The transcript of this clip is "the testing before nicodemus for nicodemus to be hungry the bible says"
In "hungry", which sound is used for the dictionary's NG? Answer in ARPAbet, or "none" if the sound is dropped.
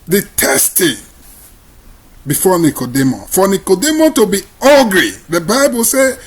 none